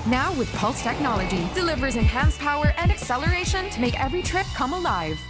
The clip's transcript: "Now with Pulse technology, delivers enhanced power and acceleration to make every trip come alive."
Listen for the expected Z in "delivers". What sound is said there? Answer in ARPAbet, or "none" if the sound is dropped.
Z